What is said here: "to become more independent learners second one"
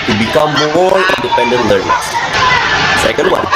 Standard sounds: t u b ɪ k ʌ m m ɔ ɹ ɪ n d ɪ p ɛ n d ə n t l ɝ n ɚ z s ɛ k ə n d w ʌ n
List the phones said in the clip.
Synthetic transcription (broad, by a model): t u b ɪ k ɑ m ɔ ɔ l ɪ n d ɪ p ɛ n d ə n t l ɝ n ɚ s s ɛ k ə n d w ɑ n